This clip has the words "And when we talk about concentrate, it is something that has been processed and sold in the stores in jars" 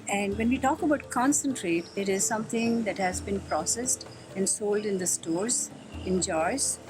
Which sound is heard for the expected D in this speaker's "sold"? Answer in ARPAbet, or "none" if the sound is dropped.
D